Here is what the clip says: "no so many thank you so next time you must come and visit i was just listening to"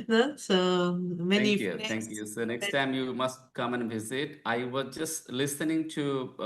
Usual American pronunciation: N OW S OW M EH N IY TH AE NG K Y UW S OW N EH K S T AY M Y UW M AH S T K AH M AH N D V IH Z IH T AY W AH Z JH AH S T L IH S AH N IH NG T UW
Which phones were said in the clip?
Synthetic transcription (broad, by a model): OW S OW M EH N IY T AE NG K Y UW S OW N EH K S T AY M Y UW M AH S T K AH M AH N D V IH Z IH T AY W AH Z JH AH S T L IH S AH N IH NG T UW